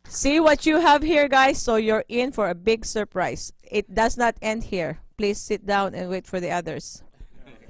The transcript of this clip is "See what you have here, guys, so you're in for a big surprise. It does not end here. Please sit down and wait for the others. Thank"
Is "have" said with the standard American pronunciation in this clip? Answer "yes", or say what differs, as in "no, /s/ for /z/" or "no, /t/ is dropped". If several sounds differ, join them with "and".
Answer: yes